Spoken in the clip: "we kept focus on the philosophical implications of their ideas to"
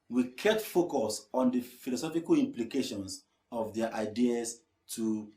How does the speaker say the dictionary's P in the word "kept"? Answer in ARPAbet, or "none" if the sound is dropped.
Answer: none